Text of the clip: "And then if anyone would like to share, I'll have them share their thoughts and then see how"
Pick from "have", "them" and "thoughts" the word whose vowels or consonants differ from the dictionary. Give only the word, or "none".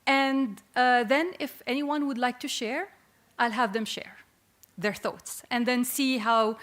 none